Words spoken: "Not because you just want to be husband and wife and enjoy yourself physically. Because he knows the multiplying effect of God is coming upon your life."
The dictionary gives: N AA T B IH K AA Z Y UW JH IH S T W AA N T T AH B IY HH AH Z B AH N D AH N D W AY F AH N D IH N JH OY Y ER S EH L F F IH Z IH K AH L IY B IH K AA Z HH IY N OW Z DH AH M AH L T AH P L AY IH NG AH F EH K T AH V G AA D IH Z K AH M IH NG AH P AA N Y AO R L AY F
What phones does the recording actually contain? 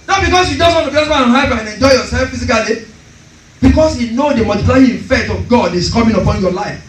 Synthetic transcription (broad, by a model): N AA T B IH K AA S Y UW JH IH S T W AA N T T AH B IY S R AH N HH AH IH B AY AH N IH N JH OY Y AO S EH L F F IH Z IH K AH L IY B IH K AA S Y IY N OW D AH M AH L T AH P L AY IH AH F EH K T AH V G AA D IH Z K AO M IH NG AH P AA N Y AO L AY F